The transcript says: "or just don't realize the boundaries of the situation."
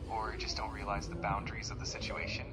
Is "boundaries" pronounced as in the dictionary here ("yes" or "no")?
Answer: yes